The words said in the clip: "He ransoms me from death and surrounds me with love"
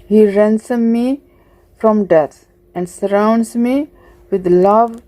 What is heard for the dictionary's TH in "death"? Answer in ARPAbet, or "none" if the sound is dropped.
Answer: T